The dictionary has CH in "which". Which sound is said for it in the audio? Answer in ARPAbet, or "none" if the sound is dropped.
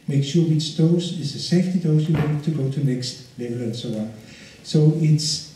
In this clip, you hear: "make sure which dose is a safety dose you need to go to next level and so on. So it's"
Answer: S